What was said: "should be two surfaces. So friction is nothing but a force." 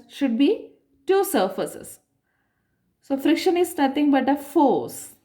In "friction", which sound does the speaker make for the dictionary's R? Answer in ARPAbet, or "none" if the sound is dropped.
R